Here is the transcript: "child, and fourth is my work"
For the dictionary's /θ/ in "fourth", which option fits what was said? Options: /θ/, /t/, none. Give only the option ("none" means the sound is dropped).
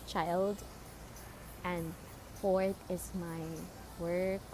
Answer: /t/